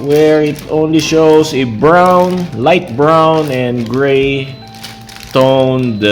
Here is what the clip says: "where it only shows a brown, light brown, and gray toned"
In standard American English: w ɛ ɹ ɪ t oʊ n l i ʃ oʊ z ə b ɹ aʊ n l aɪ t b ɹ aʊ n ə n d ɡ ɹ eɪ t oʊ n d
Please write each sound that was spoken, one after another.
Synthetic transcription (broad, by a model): w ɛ ɹ ɪ t oʊ n l i ʃ oʊ s ə b ɹ aʊ n l aɪ t b ɹ aʊ n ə n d ɡ ɹ eɪ t oʊ n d